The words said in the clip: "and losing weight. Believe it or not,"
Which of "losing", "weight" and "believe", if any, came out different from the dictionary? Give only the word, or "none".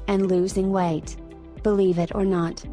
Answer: none